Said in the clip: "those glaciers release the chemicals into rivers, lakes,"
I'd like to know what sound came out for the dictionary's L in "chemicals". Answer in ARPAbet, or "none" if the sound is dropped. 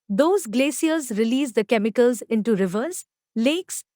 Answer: L